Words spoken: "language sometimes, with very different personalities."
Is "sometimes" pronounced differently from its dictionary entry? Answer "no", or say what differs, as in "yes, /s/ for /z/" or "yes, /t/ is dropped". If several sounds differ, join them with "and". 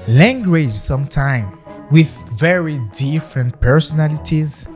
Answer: yes, /z/ is dropped